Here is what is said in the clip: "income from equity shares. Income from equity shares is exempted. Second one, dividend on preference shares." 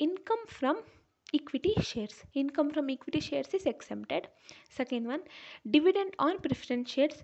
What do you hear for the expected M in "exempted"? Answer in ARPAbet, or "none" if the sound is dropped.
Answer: none